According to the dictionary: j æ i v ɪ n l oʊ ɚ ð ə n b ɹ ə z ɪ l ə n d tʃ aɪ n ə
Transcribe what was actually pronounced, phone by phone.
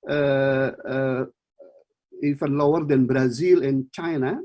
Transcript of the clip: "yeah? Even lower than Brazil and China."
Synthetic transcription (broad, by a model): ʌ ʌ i f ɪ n l oʊ ɚ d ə n b ɹ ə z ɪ l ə n tʃ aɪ n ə